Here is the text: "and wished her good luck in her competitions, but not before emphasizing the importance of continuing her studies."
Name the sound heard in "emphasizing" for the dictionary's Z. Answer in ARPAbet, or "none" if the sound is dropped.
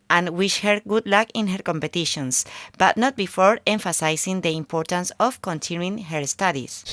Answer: S